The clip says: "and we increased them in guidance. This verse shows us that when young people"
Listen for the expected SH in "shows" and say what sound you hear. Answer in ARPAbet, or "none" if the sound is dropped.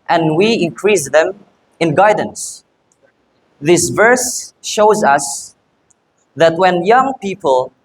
SH